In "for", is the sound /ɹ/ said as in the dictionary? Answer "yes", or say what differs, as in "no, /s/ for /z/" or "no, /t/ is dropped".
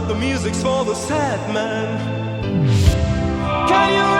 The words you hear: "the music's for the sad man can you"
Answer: no, /l/ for /ɹ/